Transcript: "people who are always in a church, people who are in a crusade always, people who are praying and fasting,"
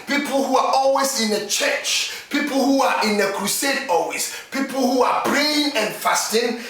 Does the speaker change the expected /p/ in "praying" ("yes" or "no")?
yes